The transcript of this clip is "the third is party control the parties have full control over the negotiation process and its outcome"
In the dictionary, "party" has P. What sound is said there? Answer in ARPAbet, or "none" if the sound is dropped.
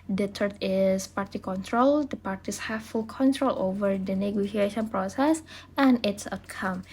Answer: P